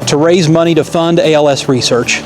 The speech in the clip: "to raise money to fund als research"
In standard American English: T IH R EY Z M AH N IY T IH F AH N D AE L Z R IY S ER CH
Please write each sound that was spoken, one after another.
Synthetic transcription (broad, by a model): T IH R EY Z M AH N IY T IH F AH N D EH L S R IY S ER CH